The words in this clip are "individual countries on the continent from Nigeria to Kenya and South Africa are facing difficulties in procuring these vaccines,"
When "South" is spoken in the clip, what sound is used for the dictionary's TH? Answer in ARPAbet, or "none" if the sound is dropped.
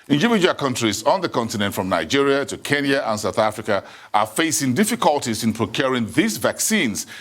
TH